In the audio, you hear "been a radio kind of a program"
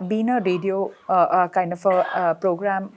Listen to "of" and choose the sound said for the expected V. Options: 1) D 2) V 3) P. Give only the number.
3